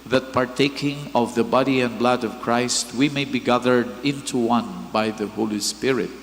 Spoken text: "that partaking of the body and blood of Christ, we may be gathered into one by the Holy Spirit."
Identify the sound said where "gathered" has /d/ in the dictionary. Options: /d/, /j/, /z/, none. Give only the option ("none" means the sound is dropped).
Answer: /d/